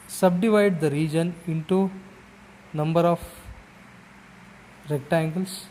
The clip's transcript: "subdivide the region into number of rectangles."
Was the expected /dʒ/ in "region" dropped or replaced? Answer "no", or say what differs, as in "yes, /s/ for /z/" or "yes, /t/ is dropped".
no